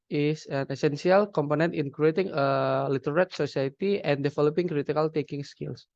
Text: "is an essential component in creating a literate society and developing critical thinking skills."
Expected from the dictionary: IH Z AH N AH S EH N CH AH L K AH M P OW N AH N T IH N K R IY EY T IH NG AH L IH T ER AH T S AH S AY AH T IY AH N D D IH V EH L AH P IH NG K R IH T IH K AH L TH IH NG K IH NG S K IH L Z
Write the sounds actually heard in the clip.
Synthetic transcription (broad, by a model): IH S AH N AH S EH N S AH L K AH M P OW N AH N T IH N K R IY EY T IH NG AH L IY T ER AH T S AH S AY AH T IY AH N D D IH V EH L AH P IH NG K R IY T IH K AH L T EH K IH NG S K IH L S